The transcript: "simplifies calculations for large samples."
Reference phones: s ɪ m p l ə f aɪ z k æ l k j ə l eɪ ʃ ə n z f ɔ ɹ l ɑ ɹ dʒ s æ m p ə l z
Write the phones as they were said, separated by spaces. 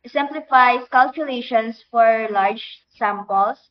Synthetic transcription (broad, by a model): s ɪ m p l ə f aɪ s k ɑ l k j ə l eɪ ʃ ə n s f ɔ ɹ l ɑ ɹ dʒ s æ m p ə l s